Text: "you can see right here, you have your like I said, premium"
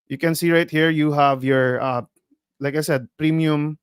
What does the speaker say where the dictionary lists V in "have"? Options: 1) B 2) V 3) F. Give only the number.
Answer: 2